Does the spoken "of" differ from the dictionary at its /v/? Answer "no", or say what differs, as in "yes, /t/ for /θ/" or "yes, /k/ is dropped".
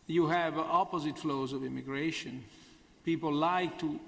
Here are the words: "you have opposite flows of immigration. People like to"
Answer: no